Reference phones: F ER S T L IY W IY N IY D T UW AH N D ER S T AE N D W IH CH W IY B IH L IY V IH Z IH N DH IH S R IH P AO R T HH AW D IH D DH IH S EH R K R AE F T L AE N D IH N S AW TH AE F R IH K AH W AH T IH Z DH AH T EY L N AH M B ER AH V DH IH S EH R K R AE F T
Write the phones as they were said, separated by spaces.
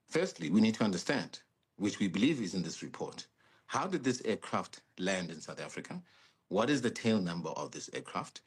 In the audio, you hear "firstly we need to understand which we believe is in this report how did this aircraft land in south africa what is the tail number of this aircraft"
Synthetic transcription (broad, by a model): F ER S T L IY W IY N IY D T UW AH N D ER S T AE N D W IH CH W IY B IH L IY V IH Z IH N DH IH S R IH P AO R T HH AW D IH D DH IH S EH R K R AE F T L AE N D IH N S AW TH AE F R IH K AH W AH T IH Z DH AH T EY L N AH M B ER AH V DH IH S EH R K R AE F T